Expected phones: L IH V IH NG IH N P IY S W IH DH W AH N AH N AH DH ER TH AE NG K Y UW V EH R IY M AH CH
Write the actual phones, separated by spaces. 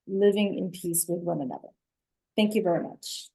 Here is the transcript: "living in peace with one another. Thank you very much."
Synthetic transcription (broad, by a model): L IH V IH NG IH N P IY S W IH DH W AH N AH N AH DH ER TH AE NG K Y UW V EH R IY M AH CH